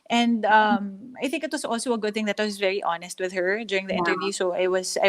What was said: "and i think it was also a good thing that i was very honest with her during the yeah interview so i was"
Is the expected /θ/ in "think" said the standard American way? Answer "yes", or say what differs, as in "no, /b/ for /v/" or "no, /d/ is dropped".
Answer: yes